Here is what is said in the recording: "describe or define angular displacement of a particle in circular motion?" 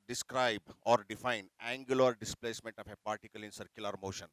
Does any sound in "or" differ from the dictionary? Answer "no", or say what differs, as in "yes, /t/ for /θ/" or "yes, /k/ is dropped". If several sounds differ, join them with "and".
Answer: no